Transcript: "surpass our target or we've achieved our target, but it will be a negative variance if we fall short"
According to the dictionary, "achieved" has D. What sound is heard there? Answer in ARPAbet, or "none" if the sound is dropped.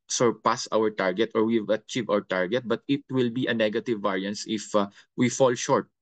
none